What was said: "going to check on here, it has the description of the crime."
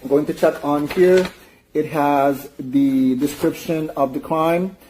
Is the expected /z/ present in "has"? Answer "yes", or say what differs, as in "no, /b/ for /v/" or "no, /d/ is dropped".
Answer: yes